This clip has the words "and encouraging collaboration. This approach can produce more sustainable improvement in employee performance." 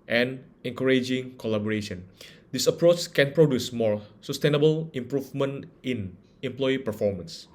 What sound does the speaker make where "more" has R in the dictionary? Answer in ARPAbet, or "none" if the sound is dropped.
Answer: R